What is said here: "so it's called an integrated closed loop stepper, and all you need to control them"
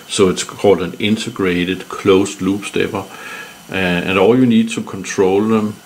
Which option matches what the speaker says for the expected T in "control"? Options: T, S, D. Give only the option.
S